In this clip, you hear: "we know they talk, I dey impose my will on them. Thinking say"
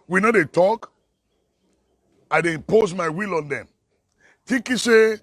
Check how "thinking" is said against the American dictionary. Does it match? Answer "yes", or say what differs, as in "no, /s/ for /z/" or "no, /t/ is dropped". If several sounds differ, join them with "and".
no, /t/ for /θ/ and /ŋ/ is dropped